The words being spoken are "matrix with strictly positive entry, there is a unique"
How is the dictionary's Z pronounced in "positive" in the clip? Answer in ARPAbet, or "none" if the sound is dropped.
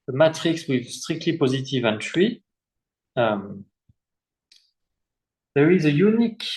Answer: Z